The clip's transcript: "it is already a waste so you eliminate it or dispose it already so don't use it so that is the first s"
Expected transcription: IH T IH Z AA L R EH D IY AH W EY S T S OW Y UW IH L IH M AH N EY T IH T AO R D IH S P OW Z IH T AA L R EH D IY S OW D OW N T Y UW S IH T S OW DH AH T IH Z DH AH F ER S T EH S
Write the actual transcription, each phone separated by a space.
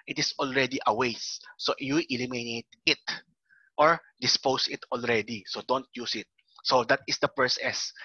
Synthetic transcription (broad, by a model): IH T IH S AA L R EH D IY AH W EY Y S OW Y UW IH L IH M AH N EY T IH T AO R D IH S P OW S IH T AA L R EH D IY S OW D OW N T Y UW S IH T S OW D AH T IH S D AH P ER S EH S